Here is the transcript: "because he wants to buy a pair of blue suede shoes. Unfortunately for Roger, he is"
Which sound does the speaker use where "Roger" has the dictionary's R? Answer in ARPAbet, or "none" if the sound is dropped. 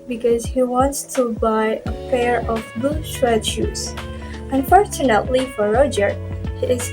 R